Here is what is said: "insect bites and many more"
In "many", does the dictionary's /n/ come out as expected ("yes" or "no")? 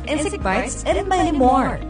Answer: no